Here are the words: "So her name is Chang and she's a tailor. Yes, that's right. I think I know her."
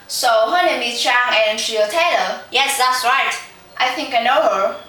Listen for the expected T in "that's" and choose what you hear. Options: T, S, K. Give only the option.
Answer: T